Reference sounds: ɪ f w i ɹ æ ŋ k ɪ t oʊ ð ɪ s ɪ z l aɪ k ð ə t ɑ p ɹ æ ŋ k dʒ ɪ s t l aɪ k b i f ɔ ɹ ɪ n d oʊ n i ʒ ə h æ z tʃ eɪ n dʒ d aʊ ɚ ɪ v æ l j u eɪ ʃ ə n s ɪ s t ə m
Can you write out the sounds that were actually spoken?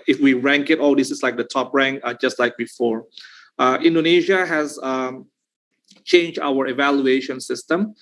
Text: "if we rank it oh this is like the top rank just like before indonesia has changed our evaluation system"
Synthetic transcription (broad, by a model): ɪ f w i ɹ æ ŋ k ɪ t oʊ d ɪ s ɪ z l aɪ k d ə t ɑ p ɹ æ ŋ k dʒ ɪ s t l aɪ k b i f ɔ ɹ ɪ n d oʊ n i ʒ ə h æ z tʃ eɪ n dʒ d aʊ ɚ ɪ v æ l j u eɪ ʃ ə n s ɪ s t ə m